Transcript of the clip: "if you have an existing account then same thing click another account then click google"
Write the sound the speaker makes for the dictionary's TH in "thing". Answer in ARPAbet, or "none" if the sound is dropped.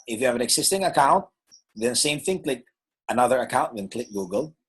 TH